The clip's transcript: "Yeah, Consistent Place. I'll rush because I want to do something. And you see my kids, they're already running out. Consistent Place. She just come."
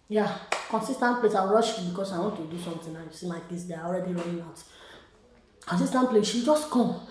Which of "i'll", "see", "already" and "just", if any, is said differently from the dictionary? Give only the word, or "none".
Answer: i'll